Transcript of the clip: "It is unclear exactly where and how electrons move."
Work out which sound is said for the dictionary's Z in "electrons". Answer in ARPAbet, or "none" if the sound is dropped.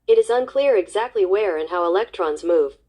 Z